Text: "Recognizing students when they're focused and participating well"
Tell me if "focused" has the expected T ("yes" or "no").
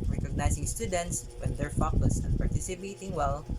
no